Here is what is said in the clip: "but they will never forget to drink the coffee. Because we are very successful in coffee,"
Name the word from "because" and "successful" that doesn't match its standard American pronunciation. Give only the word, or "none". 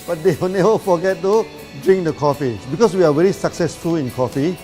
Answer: because